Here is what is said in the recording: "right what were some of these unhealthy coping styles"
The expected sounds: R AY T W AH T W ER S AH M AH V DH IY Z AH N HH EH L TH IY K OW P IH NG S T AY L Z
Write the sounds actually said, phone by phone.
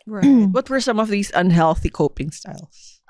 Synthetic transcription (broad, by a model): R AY W AH T W ER S AH M AH V DH IY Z AH N HH EH L TH IY K OW P IH NG S T AY L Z